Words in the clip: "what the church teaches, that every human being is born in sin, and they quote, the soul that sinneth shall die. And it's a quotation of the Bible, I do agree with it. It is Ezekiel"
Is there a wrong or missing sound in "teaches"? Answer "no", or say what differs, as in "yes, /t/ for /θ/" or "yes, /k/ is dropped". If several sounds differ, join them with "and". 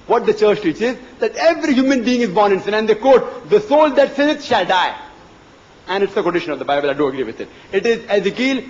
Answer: no